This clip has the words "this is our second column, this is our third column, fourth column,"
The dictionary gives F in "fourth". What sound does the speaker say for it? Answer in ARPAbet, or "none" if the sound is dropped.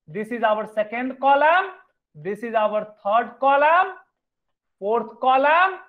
P